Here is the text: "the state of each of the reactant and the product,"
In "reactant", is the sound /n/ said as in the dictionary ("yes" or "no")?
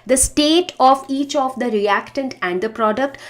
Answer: yes